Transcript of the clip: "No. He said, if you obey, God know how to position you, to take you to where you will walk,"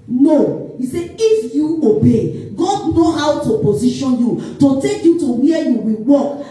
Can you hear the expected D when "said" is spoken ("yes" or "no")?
no